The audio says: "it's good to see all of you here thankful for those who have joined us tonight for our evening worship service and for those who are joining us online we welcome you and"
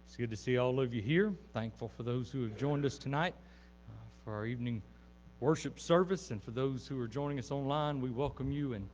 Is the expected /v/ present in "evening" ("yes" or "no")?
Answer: yes